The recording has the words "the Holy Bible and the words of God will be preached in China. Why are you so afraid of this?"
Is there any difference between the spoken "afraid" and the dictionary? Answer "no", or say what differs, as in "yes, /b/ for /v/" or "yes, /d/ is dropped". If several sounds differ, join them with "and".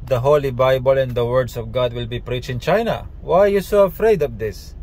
no